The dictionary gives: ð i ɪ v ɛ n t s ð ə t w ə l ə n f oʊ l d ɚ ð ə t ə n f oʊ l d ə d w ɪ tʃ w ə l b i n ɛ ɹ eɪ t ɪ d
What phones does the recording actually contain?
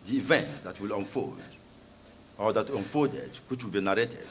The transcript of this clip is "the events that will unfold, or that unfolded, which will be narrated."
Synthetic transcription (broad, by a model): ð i v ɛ n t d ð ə t w ə l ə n f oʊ d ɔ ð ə t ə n f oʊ d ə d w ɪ tʃ w ə l b i n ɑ ɹ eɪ t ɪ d